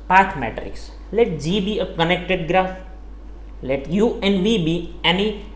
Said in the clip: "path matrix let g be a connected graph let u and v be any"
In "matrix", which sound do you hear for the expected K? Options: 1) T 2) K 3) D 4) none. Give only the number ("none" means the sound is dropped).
4